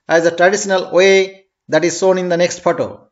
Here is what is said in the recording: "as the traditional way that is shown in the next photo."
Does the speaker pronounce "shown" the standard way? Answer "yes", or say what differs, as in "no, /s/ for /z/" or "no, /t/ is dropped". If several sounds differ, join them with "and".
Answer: no, /s/ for /ʃ/